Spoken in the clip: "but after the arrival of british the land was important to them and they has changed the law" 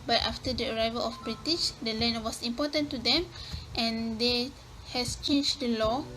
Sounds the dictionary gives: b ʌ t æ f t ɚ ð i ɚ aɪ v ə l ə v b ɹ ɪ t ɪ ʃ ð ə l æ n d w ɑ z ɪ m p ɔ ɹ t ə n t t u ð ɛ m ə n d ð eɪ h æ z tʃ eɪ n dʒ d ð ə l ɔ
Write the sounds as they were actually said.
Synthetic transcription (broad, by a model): b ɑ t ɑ f t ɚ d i ɚ aɪ v ə l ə f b ɹ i t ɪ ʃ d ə l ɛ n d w ɑ s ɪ m p ɔ t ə n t t u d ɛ m ə n d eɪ h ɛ s tʃ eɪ n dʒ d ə l ɔ